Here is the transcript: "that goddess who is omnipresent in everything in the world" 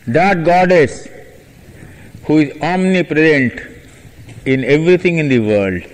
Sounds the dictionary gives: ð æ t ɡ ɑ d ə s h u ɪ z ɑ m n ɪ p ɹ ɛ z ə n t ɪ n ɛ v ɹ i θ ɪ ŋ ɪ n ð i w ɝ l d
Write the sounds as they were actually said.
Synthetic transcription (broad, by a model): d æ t ɡ ɑ d ə s h u ɪ z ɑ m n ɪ p ɹ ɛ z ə n t ɪ n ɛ v ɹ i t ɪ ŋ ɪ n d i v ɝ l d